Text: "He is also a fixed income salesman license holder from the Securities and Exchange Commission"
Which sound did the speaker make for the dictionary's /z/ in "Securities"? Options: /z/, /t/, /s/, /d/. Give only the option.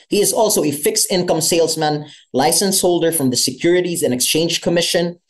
/z/